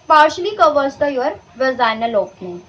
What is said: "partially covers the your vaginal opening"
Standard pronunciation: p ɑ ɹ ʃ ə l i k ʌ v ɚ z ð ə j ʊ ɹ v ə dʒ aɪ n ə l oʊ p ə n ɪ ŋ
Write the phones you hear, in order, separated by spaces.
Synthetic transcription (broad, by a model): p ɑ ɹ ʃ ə l i k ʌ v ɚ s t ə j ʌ ɹ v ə z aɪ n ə l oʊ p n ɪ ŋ